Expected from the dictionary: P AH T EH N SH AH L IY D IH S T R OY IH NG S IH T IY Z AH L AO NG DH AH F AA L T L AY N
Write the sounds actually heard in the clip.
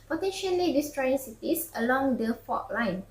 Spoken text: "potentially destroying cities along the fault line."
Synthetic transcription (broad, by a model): P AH T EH N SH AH L IY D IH S T R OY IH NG S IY T IY S AH L AO NG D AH F AA T L AY N